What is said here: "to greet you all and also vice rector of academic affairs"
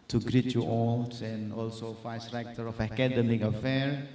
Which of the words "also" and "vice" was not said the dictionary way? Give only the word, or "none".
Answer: vice